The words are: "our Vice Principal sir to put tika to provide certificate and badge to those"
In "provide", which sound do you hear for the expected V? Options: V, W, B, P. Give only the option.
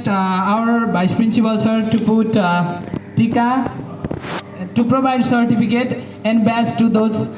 B